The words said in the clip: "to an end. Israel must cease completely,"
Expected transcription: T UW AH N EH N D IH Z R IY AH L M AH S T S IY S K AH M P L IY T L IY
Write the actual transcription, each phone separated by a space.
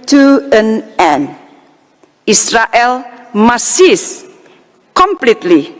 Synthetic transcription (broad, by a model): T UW AH N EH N IH S R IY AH L M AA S S IY S K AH M P L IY T L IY